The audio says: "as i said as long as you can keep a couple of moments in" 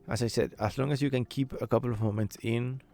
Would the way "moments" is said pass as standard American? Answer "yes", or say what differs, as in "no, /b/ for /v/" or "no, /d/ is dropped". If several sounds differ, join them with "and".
no, /s/ is dropped